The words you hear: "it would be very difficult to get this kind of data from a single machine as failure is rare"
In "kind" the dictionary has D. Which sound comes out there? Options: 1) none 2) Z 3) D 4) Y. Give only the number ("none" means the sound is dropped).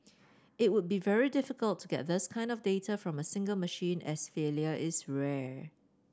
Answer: 3